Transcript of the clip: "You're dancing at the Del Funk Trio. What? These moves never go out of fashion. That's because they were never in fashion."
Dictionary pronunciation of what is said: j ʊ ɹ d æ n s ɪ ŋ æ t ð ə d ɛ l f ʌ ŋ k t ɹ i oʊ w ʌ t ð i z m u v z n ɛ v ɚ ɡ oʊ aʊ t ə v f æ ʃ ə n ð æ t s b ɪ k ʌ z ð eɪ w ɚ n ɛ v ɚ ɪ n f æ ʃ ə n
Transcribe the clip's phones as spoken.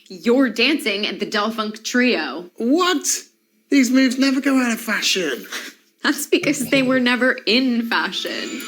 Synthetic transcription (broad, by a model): j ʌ ɹ d æ n s ɪ ŋ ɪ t ð ə d ɛ l f ʌ ŋ k t ɹ i oʊ w ʌ t ð i z m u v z n ɛ v ɚ ɡ oʊ aʊ t ə v f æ ʃ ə n ð æ t s b ɪ k ʌ z ð eɪ w ɚ n ɛ v ɚ ɪ n f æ ʃ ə n